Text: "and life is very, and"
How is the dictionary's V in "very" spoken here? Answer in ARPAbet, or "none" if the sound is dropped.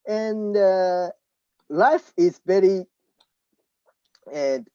B